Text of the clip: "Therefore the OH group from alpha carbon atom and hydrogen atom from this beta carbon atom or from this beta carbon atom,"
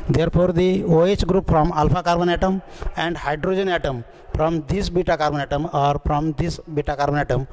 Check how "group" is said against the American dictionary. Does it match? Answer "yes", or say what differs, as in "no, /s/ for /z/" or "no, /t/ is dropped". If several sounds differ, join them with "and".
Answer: yes